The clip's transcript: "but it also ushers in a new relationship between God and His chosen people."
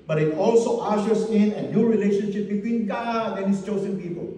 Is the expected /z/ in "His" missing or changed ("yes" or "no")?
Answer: yes